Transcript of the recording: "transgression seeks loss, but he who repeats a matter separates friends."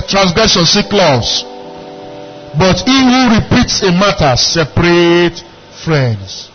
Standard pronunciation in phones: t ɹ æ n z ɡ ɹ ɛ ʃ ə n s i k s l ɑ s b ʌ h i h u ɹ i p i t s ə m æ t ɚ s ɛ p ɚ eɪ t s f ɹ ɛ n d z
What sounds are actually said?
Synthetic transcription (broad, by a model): t ɹ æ n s ɡ ɹ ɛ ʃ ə n s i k l ɑ s b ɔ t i h u ɹ i p i t s ə m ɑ t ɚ s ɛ p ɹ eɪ t f ɹ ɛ n d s